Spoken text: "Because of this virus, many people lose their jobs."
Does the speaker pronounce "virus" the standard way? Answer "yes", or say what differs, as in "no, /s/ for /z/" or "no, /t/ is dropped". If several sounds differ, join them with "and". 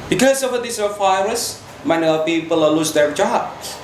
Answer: no, /f/ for /v/